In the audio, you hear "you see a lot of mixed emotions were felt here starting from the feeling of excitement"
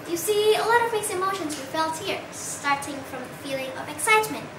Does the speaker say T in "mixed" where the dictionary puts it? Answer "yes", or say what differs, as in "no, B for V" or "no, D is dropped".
no, T is dropped